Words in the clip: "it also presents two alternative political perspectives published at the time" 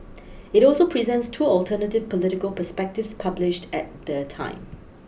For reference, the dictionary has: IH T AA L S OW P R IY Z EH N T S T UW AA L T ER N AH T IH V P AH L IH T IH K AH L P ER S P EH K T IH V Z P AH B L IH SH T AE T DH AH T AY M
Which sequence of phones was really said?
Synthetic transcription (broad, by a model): IH T AA L S OW P R IY Z EH N T S T UW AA L T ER N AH T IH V P AH L IH T IH K AH L P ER S P EH K T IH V S P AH B L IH SH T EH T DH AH T AY M